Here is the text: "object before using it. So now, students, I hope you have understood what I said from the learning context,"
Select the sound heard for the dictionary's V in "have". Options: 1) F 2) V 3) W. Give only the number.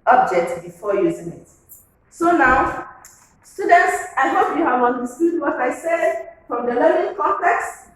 3